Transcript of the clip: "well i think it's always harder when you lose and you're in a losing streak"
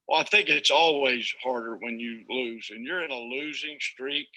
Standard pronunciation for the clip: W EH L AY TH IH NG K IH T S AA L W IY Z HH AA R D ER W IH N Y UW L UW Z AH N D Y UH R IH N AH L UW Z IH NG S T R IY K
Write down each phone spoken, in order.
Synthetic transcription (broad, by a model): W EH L AY TH IH NG K IH T S AA L W IY Z HH AA R D ER W IH N Y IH L UW Z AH N Y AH R IH N AH L UW Z IH NG S T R IY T